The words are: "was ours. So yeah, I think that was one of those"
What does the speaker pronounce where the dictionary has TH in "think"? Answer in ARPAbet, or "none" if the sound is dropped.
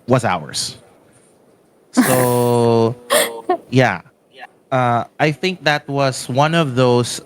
TH